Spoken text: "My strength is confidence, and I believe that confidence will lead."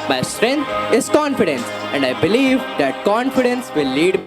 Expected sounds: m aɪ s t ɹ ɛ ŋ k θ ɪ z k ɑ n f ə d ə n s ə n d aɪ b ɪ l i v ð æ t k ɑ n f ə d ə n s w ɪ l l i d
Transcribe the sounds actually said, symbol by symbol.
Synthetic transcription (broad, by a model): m aɪ s t ɹ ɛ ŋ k t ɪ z k ɑ n f ə d ə n s ə n d aɪ b ɪ l i v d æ t k ɑ n f ə d ə n s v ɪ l l i d